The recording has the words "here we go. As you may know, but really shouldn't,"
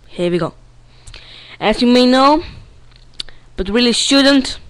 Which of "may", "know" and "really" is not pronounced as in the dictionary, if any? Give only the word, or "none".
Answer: none